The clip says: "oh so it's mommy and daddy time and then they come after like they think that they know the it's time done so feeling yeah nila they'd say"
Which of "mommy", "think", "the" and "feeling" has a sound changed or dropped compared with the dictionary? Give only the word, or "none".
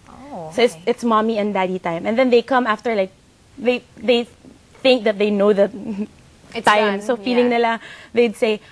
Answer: none